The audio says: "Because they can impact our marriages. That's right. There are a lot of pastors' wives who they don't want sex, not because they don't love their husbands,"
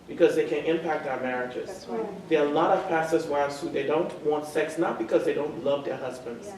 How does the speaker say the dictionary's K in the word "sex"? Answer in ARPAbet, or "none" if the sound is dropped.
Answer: K